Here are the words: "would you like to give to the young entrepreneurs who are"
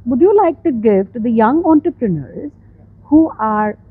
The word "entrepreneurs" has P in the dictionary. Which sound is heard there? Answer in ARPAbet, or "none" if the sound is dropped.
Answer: P